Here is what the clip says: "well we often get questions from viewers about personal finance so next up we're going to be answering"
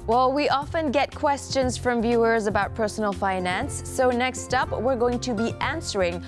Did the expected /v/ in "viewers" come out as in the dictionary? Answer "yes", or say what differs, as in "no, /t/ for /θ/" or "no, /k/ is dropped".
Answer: yes